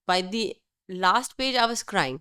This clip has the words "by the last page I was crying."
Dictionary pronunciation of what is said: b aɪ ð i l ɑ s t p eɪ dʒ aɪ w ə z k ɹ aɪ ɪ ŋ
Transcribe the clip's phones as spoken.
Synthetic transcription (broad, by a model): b aɪ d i l ɑ s t p eɪ dʒ aɪ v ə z k ɹ aɪ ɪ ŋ